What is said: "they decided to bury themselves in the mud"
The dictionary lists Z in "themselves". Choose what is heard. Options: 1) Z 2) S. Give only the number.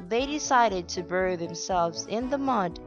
1